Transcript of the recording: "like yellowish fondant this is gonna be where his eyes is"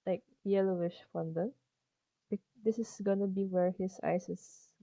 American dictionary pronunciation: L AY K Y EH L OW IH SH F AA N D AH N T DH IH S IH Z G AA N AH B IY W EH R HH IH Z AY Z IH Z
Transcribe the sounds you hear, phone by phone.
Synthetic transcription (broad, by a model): L AY K Y EH L OW IH SH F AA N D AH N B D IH S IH S G AA N AH B IY W EH R HH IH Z AY S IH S